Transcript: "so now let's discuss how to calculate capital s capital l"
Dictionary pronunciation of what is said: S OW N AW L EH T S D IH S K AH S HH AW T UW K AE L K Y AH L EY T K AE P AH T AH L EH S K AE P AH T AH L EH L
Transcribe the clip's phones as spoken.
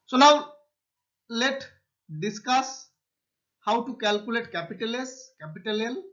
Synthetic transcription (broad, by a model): S OW N AW L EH T D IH S K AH S HH AW T UW K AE L K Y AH L EY T K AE P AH T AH L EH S K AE P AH T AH L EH L